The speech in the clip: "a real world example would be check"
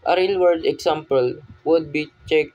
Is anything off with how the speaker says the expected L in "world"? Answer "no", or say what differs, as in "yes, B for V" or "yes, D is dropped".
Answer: yes, L is dropped